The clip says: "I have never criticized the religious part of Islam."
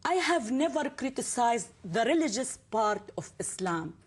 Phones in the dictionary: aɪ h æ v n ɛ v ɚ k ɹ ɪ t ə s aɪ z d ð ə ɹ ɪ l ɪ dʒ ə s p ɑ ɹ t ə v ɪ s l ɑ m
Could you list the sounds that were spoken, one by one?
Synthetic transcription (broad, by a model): aɪ h æ v n ɛ v ɚ k ɹ ɪ t ə s aɪ z d ð ə ɹ ɪ l ɪ dʒ ə s p ɑ ɹ t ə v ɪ s l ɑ m